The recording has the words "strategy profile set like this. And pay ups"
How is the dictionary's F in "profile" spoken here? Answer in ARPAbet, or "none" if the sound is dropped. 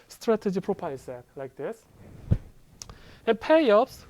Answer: P